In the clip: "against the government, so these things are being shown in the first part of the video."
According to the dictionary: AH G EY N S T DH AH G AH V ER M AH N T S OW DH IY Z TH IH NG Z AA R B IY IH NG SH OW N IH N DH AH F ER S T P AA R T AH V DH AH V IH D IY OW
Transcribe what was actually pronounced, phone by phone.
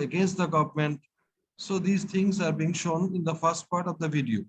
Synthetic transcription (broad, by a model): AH G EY N S T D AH G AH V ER M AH N T S OW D IY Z T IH NG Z AA R B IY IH NG SH OW N IH N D AH F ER S T P AA R T AH V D AH V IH D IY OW